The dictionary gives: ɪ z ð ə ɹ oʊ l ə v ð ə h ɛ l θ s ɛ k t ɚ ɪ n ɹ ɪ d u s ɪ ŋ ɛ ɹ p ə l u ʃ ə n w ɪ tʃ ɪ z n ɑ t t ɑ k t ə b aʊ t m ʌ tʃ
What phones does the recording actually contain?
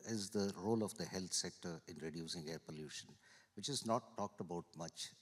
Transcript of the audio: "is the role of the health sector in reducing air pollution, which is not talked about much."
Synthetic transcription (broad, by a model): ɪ z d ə ɹ oʊ l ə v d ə h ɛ l t s ɛ k t ɚ ɪ n ɹ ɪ d u s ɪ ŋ ɛ ɹ p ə l u ʃ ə n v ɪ tʃ ɪ z n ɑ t t ɑ k t ə b aʊ t m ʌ tʃ